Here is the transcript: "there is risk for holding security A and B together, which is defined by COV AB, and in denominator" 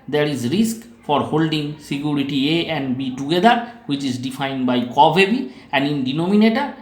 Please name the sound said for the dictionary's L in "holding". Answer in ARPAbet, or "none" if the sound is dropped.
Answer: L